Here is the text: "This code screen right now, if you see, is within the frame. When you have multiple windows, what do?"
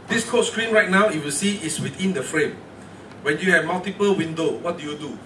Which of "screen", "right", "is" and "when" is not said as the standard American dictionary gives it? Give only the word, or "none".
is